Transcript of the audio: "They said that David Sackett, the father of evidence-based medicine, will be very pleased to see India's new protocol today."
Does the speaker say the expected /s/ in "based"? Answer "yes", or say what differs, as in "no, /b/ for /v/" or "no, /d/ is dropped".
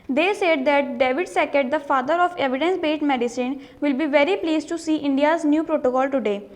no, /s/ is dropped